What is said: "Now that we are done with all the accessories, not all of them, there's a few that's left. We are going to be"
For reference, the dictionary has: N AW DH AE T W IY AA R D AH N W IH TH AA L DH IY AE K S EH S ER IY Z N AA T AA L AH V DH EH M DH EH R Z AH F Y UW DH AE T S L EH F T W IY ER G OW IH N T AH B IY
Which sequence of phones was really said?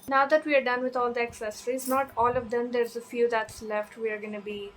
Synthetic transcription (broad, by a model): N AW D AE T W IY AA R D AH N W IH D AA L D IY AE K S EH S ER IY Z N AA T AA L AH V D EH M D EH R Z AH F Y UW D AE T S L EH F T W IY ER G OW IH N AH B IY